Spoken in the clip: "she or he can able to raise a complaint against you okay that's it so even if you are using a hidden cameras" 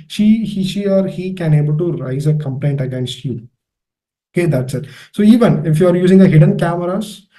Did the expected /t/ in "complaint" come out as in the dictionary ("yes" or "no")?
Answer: yes